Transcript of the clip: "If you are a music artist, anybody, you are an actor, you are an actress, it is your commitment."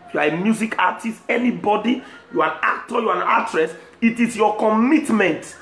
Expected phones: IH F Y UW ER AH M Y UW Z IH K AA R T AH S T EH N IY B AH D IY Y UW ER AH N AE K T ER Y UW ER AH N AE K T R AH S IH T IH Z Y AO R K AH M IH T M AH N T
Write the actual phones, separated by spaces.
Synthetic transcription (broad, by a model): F Y UW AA AH M Y UW Z IH K AA T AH S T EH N IY B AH D IY Y UW AH N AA K T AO Y UW AH N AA T R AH S IH T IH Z Y AO K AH M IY T M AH N T